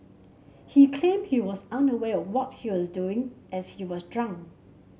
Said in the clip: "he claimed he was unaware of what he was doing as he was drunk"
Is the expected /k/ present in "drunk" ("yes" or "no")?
no